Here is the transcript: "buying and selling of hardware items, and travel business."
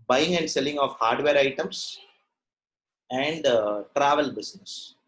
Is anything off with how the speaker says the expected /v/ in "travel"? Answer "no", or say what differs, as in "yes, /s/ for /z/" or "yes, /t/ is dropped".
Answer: no